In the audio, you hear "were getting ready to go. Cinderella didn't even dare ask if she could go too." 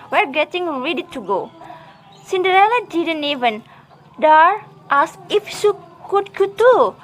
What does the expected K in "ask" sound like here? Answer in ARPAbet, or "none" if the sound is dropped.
none